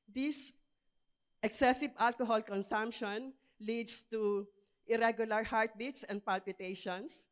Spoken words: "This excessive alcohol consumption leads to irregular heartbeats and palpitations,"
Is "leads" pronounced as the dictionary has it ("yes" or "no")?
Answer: no